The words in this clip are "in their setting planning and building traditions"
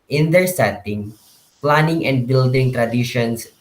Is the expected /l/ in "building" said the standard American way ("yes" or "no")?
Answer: yes